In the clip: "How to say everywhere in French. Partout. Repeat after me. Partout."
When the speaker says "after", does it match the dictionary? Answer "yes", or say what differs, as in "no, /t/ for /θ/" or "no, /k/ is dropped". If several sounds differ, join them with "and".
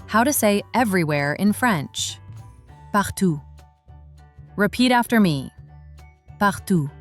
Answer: yes